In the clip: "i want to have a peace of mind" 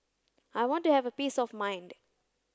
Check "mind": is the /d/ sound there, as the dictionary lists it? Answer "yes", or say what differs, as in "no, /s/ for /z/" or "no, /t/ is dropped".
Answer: yes